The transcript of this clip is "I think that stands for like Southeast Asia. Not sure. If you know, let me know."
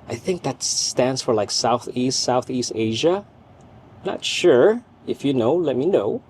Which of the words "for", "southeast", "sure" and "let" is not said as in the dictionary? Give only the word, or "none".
none